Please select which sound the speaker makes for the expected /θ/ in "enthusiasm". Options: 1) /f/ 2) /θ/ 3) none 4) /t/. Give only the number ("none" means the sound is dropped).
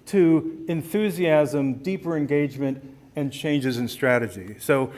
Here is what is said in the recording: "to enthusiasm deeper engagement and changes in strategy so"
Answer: 2